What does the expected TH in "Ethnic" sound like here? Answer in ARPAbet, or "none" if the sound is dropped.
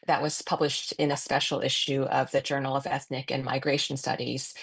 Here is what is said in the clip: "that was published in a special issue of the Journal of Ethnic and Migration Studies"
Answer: TH